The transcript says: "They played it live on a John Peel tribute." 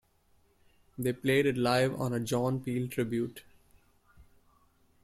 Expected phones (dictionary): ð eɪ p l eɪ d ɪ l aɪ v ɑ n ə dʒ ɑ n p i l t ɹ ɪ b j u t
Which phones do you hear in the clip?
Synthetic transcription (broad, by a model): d eɪ p l eɪ d ɪ l aɪ v ɑ n ə dʒ ɑ n p i l t ɹ ɪ b j u t